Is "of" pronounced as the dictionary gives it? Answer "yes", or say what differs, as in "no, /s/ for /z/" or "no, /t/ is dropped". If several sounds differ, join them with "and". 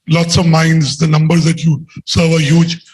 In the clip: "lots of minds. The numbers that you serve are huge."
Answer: yes